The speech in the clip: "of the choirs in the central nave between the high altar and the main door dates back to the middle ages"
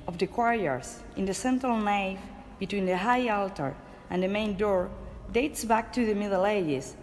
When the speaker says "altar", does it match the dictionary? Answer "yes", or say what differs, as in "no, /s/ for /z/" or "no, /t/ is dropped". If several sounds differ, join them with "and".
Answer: yes